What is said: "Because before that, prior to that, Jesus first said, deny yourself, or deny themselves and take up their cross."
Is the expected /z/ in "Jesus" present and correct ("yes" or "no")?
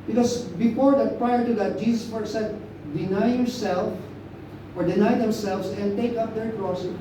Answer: no